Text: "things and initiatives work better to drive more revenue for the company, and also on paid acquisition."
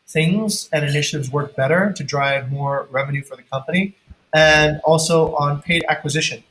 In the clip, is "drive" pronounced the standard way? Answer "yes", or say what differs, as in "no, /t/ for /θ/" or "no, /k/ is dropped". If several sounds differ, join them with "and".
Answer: yes